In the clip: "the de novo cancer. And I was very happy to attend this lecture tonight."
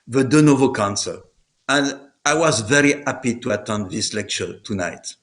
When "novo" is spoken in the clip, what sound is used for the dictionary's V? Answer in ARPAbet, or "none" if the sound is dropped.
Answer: V